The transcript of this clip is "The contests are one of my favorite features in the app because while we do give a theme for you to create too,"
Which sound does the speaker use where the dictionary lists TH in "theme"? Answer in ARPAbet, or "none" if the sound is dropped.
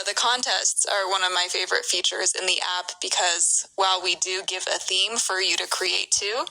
TH